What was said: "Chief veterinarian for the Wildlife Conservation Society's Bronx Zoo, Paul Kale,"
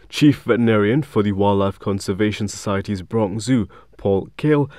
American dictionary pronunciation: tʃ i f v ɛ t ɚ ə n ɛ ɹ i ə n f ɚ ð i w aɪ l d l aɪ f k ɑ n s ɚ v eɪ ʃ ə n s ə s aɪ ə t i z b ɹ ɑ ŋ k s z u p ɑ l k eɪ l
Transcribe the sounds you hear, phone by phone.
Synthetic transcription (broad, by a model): tʃ i f v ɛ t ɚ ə n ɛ ɹ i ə n f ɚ ð i w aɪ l l aɪ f k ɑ n s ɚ v eɪ ʃ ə n s ə s aɪ ə t i z b ɹ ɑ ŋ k z u p ɑ l k eɪ l